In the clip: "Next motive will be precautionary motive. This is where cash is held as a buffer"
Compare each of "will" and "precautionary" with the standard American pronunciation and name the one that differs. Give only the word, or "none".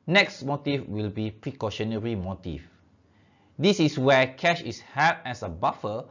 none